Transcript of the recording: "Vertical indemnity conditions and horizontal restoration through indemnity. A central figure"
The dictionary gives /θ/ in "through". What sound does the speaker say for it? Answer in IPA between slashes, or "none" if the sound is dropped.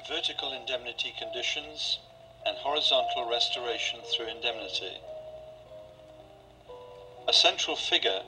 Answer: /θ/